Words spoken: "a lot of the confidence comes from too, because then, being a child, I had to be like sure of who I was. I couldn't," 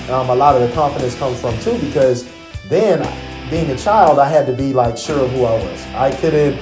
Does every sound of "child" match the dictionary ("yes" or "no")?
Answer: yes